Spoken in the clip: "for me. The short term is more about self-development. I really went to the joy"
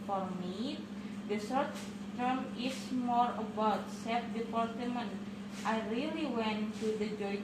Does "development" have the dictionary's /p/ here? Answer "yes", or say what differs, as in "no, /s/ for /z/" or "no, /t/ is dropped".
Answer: no, /p/ is dropped